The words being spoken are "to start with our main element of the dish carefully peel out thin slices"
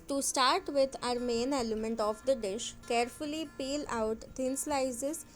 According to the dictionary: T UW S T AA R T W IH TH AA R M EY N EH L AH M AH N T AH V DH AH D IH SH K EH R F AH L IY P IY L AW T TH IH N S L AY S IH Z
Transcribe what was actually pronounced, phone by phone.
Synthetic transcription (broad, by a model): T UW S T AA R T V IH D AA R M EY N EH L AH M AH N T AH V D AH D IH SH K EH R F AH L IY P IY L AW T T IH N S L AY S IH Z